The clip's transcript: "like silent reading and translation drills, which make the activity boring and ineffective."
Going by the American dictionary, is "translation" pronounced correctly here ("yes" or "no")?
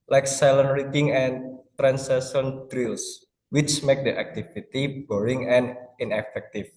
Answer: no